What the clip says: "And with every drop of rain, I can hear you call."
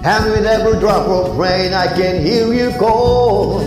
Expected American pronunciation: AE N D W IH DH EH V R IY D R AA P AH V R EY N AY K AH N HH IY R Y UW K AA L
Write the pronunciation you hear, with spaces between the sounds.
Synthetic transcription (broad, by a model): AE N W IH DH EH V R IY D R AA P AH P R EY N AY K AH N HH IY L Y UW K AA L